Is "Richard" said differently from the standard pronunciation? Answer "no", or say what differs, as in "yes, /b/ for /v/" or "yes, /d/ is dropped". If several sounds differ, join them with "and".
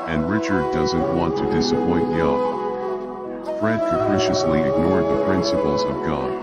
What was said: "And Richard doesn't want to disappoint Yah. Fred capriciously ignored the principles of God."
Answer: no